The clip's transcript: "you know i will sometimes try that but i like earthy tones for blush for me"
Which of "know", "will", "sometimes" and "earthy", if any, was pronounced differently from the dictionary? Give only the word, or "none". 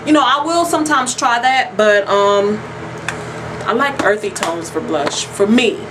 none